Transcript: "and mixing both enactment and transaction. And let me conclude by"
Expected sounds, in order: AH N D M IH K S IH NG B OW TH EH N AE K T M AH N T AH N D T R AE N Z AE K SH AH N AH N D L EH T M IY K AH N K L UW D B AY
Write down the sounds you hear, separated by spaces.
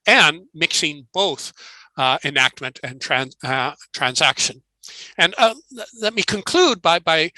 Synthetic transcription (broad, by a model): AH N M IH K S IH NG B OW TH EH N AE K T M AH N T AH N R T R AE N Z AE K SH AH N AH N L EH T M IY K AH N K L UW D B AY